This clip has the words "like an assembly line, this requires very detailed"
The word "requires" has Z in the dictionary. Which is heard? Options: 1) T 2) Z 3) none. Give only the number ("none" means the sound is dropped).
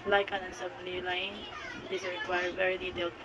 3